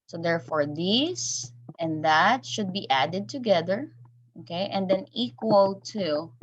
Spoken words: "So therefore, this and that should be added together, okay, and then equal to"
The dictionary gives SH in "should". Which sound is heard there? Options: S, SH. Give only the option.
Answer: SH